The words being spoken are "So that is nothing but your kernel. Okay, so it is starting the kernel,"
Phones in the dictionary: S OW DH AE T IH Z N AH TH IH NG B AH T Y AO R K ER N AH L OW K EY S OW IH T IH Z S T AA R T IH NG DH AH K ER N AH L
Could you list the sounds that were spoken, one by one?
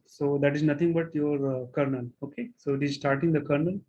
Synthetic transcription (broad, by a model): S OW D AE T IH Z N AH T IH NG B AH T Y AO R K ER N AH L OW K EY S OW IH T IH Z S T AA R T IH NG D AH K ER N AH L